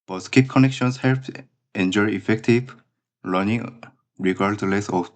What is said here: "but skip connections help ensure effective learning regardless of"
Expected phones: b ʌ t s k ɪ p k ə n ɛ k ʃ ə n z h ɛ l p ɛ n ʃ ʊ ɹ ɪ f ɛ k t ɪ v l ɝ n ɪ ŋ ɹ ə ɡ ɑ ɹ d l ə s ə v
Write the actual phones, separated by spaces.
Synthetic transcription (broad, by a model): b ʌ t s k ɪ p k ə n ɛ k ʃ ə n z h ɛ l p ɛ n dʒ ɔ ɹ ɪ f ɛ k t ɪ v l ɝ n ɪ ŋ ɹ ə ɡ ɑ ɹ d l ə s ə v